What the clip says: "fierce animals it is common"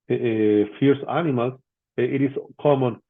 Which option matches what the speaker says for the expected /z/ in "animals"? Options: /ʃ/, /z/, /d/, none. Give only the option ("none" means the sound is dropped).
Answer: none